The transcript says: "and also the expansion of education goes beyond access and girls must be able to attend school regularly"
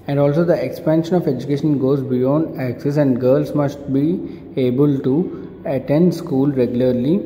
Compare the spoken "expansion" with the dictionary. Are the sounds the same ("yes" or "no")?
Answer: yes